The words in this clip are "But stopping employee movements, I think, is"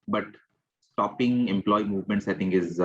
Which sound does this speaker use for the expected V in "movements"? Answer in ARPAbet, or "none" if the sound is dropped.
V